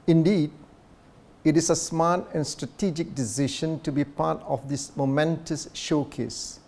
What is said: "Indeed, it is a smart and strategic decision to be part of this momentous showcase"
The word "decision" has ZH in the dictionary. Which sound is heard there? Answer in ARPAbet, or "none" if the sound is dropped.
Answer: SH